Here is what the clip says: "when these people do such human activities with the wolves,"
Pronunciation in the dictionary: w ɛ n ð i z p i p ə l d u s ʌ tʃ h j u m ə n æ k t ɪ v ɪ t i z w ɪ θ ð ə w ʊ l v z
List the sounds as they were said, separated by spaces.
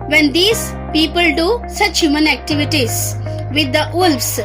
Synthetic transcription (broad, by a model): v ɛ n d i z p i p ə l d u s ʌ tʃ h j u m ə n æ k t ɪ v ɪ t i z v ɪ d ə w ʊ l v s